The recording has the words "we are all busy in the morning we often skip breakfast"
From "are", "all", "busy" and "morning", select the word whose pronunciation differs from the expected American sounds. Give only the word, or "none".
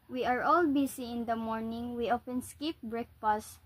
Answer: busy